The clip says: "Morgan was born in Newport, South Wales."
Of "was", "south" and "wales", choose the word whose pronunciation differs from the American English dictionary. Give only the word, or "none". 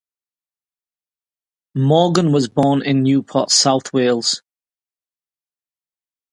none